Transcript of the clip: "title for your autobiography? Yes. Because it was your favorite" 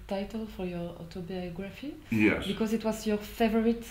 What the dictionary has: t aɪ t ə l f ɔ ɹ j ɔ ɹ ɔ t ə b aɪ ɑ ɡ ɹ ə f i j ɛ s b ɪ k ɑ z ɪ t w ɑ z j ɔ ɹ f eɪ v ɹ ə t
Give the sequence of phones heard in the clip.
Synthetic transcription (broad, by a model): t aɪ t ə l f ɔ ɹ j ɔ ɹ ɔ t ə b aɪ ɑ ɡ ɹ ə f i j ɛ b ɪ k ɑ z ɪ t w ɑ z j ɔ ɹ f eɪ v ɹ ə t